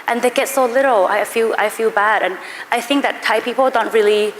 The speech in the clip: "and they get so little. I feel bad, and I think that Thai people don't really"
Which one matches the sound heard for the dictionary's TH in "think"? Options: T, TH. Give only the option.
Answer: TH